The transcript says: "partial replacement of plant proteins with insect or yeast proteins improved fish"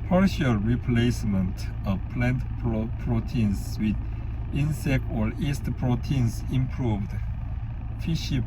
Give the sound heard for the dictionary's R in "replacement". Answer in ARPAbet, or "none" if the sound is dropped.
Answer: R